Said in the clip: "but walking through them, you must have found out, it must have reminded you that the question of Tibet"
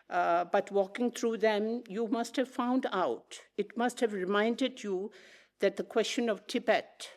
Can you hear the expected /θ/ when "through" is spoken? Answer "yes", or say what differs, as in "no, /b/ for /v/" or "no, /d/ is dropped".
no, /t/ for /θ/